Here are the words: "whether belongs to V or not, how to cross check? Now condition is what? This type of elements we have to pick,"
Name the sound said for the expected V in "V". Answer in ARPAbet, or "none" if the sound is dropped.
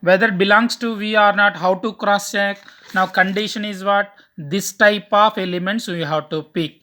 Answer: V